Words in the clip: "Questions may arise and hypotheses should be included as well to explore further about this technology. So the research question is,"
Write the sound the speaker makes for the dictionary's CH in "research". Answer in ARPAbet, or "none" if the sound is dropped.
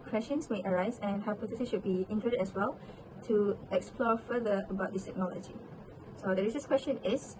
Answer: S